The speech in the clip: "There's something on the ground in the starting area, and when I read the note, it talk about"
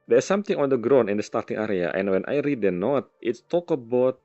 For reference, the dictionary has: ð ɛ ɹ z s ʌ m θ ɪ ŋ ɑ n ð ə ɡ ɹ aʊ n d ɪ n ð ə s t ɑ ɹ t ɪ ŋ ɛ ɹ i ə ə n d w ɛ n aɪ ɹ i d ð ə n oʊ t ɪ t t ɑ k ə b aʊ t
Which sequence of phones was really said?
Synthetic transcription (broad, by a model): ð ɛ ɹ s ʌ m t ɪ ŋ ɑ n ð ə ɡ ɹ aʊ n ɪ n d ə s t ɑ ɹ t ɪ ŋ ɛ ɹ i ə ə n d w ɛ n aɪ ɹ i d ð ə n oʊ t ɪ t t ɑ k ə b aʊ t